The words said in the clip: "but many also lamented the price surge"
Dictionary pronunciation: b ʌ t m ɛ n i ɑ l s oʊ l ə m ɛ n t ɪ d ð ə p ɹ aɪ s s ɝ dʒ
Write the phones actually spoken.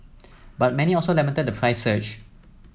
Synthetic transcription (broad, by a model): b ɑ t m ɛ n i ɑ l s oʊ l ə m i t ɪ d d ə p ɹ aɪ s s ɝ tʃ